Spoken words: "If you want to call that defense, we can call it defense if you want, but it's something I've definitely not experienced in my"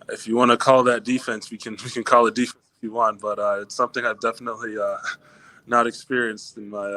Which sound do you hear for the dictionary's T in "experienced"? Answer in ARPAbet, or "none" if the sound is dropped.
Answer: T